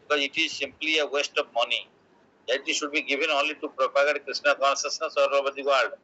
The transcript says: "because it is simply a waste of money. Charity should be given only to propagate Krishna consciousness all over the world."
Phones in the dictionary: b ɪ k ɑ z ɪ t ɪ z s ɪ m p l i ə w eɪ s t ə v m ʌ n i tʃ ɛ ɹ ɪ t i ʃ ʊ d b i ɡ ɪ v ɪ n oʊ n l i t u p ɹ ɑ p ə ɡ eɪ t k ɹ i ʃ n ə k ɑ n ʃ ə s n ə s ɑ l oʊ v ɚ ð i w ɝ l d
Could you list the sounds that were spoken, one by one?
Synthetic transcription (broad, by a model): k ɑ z ɪ t ɪ z s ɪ m p l i ə w eɪ s t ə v m ʌ n i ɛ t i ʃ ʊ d b i ɡ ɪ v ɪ n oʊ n l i t u p ɹ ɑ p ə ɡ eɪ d k ɹ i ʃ n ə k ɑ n s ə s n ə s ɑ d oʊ b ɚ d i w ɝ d d